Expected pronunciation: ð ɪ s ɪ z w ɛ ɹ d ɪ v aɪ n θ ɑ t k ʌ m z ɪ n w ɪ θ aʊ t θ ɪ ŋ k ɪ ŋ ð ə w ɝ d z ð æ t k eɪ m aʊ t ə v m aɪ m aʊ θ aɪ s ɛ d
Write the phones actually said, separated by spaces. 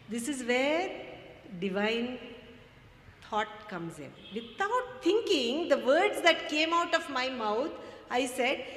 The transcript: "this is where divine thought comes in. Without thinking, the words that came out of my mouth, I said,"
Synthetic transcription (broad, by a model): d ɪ s ɪ z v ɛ ɹ d ɪ v aɪ n t ɑ t k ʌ m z ɪ n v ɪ t aʊ t t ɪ ŋ k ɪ ŋ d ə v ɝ d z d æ t k eɪ m aʊ t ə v m aɪ m aʊ t aɪ s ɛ d